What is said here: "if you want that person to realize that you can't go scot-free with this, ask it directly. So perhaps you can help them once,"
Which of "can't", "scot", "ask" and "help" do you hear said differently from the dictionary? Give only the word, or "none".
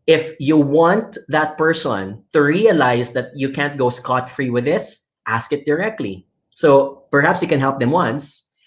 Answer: none